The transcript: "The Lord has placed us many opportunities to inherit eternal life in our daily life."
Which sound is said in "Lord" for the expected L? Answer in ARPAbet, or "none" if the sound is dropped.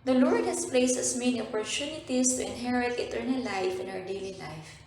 L